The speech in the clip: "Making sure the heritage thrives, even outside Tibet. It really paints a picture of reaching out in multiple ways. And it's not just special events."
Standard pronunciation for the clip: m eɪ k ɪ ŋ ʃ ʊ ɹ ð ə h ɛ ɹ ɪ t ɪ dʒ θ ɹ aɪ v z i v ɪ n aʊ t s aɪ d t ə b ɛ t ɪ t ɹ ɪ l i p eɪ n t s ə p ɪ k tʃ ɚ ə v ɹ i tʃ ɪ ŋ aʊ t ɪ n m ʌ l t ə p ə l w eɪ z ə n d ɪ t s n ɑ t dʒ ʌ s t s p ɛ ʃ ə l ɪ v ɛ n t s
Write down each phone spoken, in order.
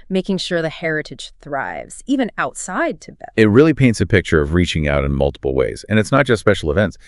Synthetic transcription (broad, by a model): m eɪ k ɪ ŋ ʃ ʊ ɹ ð ə h ɛ ɹ ɪ t ɪ dʒ θ ɹ aɪ v z i v ɪ n aʊ t s aɪ d t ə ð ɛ ɪ t ɹ ɪ l i p eɪ n t s ə p ɪ k tʃ ɚ ə v ɹ i tʃ ɪ ŋ aʊ t ɪ n m ʌ l t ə p l w eɪ z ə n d ɪ t s n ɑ t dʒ ʌ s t s p ɛ ʃ l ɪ v ɛ n t s